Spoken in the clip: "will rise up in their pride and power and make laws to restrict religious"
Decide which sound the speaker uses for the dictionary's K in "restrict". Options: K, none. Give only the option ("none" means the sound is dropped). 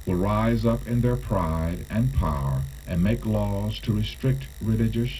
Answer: K